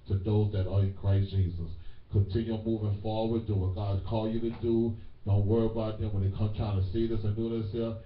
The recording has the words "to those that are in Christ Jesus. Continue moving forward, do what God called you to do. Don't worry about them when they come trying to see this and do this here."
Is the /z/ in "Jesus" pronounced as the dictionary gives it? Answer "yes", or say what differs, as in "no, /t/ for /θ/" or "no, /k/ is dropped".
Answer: yes